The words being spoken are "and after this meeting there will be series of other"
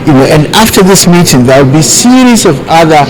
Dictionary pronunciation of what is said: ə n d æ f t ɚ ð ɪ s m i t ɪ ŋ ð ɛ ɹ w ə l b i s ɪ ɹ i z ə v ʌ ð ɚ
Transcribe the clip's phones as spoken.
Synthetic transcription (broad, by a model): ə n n æ f t ɚ ð ɪ s m i t ɪ ŋ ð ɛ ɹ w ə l b i s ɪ ɹ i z ə v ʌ ð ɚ